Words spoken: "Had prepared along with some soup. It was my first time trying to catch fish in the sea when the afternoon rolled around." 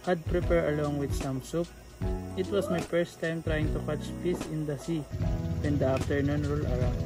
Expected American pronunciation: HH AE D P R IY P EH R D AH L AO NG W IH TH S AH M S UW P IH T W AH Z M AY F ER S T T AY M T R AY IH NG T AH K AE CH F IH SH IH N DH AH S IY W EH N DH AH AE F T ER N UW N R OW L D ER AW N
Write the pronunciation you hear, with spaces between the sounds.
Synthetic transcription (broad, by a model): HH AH D P R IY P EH R AH L AO NG W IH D S AH M S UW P IH T W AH S M AY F ER S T T AY M T R AY IH NG T AH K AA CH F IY S IH N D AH S IY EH N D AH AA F T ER N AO N R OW L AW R